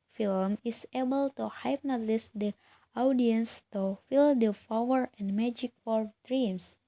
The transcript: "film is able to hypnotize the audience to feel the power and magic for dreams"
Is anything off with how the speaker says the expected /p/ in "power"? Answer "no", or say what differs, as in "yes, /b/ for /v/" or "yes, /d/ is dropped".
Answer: yes, /f/ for /p/